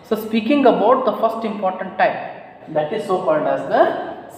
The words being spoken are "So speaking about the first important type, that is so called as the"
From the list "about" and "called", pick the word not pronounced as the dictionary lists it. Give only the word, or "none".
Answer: called